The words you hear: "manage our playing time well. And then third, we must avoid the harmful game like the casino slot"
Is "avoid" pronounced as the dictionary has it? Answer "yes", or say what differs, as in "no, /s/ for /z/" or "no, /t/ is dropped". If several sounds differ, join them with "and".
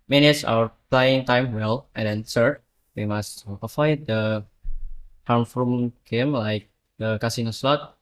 no, /f/ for /v/